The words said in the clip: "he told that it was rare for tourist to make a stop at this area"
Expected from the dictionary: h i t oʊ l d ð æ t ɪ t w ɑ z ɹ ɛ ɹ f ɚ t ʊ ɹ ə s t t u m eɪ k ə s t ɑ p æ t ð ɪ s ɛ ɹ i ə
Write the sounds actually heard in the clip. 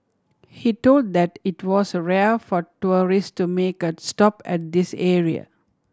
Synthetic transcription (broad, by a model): h i t oʊ l d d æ t ɪ t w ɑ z ɹ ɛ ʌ f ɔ t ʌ ɹ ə s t t u m eɪ k ə s t ɑ p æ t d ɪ s ɛ ɹ i ə